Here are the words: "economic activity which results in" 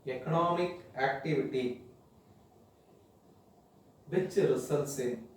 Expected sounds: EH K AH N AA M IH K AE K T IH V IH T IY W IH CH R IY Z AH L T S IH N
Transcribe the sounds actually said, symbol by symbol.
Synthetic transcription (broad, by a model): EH K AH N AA M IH K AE K T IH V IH T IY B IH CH R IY S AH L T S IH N